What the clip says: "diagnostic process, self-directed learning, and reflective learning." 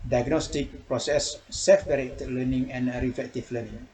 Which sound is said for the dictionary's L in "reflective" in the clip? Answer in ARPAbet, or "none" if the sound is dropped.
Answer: none